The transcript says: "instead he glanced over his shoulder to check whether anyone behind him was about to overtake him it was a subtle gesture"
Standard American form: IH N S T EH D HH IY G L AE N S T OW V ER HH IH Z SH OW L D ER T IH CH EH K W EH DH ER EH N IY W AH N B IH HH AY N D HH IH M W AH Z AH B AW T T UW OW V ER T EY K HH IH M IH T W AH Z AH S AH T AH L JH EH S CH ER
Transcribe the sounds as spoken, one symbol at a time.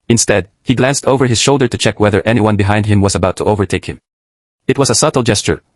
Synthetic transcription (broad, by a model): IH N S T EH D HH IY G L AE N S T OW V ER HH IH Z SH OW L D ER T IH CH EH K W EH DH ER EH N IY W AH N B IH HH AY N D HH IH M W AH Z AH B AW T T UW OW V ER T EY K HH IH M IH T W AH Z AH S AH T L JH EH S CH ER